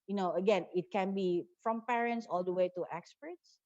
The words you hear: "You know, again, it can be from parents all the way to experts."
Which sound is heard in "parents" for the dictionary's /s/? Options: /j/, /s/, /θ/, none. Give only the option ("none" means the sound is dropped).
/s/